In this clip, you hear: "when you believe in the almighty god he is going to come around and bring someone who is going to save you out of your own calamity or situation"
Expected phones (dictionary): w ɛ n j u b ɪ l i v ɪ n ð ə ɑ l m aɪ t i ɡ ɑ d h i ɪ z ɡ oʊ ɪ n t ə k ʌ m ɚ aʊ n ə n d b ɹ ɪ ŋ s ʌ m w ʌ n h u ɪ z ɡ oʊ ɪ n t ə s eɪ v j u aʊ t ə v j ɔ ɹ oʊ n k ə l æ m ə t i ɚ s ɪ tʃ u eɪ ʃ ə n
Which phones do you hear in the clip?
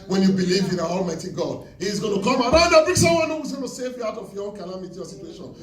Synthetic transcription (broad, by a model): w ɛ n j u b ɪ l i v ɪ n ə ɑ l m aɪ t i ɡ ɑ d h i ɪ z ɡ oʊ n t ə k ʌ m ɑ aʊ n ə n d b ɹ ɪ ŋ s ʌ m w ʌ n h u ɪ z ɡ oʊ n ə s eɪ v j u aʊ t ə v j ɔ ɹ oʊ n k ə l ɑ m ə t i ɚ s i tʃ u eɪ ʃ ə n